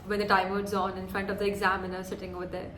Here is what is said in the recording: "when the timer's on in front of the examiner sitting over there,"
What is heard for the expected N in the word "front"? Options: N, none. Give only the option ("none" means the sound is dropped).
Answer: N